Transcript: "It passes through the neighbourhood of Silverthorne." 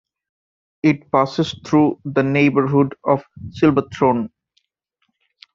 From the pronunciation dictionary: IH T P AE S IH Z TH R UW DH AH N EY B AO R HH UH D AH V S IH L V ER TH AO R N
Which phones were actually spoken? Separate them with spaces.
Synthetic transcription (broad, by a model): IH T P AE S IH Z T R UW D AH N EY B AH R HH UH D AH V S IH L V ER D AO N